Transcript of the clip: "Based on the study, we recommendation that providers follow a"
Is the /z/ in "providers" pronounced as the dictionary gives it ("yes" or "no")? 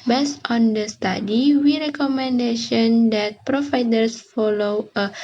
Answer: no